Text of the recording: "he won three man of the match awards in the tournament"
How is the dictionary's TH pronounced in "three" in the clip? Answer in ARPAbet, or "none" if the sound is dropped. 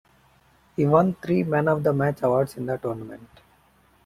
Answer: T